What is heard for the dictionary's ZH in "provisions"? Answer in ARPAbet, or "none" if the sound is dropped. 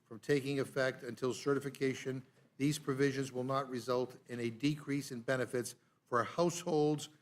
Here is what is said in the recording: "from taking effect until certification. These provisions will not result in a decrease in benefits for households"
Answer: ZH